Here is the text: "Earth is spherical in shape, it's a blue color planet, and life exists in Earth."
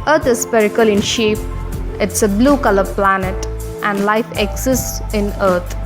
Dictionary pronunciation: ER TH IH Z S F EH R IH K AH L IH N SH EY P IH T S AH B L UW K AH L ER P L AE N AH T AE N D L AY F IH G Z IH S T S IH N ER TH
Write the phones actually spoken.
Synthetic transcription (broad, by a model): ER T IH Z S P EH R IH K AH L IH N SH EY P IH T S AH B L UW K AH L ER P L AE N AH T AE N D L AY F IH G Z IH S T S IH N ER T